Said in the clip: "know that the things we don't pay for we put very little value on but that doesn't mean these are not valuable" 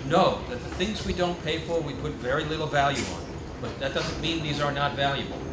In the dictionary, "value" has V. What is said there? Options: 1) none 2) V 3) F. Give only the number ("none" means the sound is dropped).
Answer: 2